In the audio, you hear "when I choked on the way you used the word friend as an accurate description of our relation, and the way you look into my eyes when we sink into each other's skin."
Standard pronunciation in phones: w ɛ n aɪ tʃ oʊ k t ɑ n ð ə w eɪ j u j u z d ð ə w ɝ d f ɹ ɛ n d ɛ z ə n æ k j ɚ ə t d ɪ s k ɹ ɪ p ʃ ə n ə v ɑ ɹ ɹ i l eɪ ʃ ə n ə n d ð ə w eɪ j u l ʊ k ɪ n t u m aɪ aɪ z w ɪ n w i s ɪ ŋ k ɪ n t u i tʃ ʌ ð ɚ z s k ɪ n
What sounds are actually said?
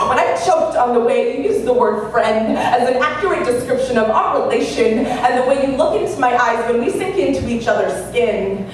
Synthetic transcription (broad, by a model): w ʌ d aɪ tʃ oʊ k t n ð ə w eɪ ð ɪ j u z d ð ə w ɝ d f ɹ ɛ n d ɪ z n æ k j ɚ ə t d ɪ s k ɹ ɪ p ʃ ə n ə v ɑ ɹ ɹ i l eɪ ʃ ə n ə n ð ə w eɪ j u l ʊ k ɪ n t u m aɪ aɪ z w ɪ n w i s ɪ ŋ k ɪ n t u i tʃ ʌ ð ɚ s k ɪ n